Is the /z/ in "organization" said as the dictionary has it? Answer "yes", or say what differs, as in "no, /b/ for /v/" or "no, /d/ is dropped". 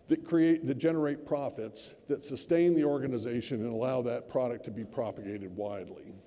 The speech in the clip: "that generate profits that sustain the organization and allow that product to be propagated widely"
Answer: yes